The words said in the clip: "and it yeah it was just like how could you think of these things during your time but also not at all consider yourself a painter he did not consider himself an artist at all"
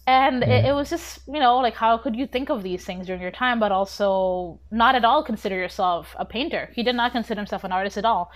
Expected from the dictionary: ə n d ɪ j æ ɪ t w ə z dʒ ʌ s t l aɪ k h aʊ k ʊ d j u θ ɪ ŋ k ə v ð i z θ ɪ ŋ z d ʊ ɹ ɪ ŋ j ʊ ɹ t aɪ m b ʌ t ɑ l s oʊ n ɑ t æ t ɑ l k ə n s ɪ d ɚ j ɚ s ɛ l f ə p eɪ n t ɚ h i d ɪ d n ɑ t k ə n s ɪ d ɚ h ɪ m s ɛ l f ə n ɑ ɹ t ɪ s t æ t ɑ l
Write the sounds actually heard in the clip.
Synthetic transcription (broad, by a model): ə n ɪ ɪ t w ə z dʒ ʌ s t l aɪ k h aʊ k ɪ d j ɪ θ ɪ ŋ k ə v ð i z θ ɪ ŋ z d ʊ ɹ ɪ ŋ j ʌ ɹ t aɪ m b ʌ t ɑ l s oʊ n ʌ t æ t ɑ l k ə n s ɪ d ɚ j ɚ s ɛ l f ə p eɪ n t ɚ h i d ɪ d n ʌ t k ə n s ɪ d ɚ h ɪ m s ɛ l f ə n ɑ ɹ t ɪ s t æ t ɑ l